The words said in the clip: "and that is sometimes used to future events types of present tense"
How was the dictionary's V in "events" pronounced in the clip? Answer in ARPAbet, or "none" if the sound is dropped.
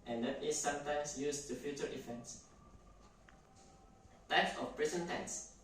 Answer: F